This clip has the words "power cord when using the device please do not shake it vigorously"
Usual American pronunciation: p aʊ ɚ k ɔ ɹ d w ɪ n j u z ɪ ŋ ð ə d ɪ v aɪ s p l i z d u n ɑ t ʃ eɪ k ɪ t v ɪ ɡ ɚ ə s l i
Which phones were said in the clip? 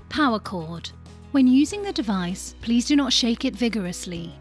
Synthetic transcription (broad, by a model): p aʊ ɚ k ɔ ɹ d w ɪ n j u z ɪ ŋ ð ə d ɪ v aɪ s p l i z d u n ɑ t ʃ eɪ k ɪ t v ɪ ɡ ɚ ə s l i